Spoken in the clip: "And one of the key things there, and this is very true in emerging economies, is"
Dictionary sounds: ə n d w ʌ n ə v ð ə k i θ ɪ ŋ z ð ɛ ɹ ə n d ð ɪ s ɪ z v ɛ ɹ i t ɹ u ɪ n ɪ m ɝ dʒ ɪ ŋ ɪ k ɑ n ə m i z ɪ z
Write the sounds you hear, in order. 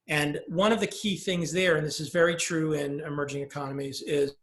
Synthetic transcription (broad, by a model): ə n w ʌ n ə v ð ə k i θ ɪ ŋ z ð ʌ ɹ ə n ð ɪ s ɪ z v ɛ ɹ i t ɹ u ɪ n ɪ m ɝ dʒ ɪ ŋ ɪ k ɑ n ə m i z ɪ z